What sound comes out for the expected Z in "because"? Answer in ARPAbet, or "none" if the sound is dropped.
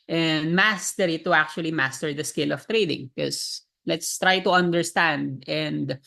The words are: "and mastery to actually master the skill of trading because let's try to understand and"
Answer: S